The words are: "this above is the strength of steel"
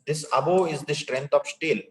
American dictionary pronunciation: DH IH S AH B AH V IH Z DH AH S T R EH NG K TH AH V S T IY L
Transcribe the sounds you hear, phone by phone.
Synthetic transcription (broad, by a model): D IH S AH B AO IH Z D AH S T R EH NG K T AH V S T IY L